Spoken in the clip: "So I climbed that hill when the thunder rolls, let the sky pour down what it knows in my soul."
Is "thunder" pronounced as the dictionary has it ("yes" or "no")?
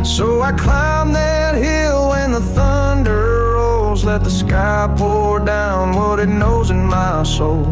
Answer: yes